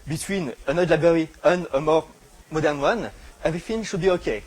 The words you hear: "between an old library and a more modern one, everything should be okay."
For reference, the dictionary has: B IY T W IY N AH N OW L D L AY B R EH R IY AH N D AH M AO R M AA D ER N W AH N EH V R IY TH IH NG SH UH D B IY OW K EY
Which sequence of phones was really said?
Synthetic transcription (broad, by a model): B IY T W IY N AH N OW D L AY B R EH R IY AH N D AH M AO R M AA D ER N W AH N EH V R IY F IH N SH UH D B IY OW K EY